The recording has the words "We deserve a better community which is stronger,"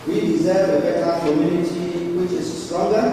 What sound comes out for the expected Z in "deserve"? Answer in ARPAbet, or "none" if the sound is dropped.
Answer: Z